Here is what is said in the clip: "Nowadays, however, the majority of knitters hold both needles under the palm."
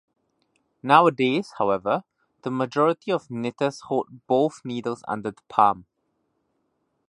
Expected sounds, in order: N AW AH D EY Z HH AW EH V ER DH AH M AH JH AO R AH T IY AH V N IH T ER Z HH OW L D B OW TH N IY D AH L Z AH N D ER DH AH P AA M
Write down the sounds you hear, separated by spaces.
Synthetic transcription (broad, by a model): N AW AH D EY Z HH AW EH V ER DH AH M AH JH AO R AH T IY AH V N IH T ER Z HH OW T B OW TH N IY D AH L Z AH N D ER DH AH P AA M